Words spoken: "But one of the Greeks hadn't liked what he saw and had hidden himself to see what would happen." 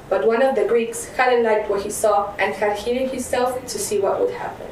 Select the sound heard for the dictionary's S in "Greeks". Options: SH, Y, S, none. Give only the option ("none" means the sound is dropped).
S